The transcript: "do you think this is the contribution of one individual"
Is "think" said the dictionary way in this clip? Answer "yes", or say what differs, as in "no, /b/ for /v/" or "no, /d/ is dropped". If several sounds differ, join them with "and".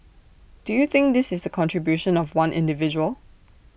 yes